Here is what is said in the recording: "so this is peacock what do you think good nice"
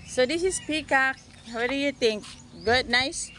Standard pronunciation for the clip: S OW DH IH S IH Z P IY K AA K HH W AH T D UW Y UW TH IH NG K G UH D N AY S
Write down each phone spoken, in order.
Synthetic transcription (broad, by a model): S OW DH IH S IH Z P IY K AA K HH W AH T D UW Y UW T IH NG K G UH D N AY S